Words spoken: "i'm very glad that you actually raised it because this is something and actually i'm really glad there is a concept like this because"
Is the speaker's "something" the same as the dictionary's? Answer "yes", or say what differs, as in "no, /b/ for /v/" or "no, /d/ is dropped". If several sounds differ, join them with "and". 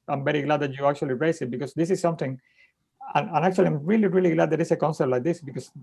no, /t/ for /θ/